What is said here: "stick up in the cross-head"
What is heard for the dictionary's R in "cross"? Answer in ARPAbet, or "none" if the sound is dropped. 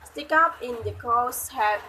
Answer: none